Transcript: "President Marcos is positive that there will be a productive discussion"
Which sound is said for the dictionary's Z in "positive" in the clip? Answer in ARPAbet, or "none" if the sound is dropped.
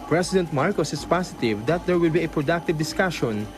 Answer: S